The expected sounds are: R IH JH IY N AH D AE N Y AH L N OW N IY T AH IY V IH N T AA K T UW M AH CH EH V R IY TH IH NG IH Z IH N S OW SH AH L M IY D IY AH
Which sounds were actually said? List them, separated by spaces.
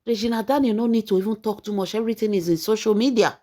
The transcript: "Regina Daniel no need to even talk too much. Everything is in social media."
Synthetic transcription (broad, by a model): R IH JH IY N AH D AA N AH N OW N IY T AH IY F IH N T AA K T UW M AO SH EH R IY T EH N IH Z IH N S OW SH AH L M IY D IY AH